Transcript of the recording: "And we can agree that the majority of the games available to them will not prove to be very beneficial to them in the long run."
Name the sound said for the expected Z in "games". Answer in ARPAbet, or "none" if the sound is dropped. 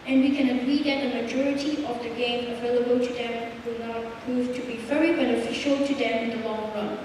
none